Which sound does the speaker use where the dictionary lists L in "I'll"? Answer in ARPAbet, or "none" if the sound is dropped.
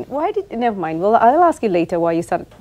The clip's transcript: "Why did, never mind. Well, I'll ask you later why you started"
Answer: L